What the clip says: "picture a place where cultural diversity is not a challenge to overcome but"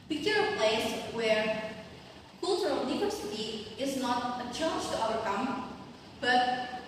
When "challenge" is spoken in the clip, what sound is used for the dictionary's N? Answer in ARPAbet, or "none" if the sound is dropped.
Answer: none